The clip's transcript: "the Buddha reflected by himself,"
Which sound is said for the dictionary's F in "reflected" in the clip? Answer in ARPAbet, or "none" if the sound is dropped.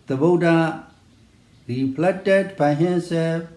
P